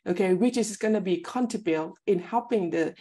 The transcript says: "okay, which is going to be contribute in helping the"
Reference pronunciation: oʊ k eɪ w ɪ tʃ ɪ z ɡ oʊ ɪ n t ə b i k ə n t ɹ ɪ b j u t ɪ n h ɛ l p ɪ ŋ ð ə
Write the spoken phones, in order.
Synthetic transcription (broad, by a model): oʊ k eɪ w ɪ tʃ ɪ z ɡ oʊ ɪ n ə b i k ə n t ɪ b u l ɪ n h ɛ l p ɪ ŋ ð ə